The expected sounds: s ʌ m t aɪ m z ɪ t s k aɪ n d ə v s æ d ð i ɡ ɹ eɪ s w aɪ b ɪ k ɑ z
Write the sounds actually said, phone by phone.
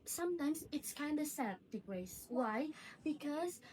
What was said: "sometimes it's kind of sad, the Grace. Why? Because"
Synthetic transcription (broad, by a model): s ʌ m t aɪ m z ɪ t s k aɪ n d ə s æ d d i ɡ ɹ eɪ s w aɪ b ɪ k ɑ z